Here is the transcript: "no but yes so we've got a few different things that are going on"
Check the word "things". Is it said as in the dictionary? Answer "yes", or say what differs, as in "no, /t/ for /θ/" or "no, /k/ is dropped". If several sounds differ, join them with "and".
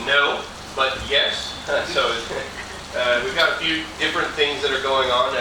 yes